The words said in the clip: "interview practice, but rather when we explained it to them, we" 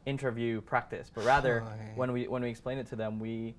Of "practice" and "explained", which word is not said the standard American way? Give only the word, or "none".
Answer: explained